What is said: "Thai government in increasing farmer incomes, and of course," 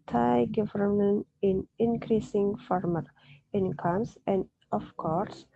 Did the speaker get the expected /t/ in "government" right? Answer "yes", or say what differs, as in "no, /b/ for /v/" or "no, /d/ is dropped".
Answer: no, /t/ is dropped